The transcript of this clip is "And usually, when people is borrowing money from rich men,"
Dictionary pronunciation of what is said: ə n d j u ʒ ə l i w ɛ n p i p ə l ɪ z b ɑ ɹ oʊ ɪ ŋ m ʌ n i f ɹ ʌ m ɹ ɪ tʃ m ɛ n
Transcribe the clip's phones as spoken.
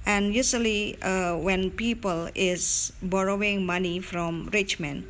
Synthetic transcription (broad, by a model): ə n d j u s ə l i w ɛ n p i p ə l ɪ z b ɑ ɹ oʊ ɪ ŋ m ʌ n i f ɹ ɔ m ɹ ɪ tʃ m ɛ n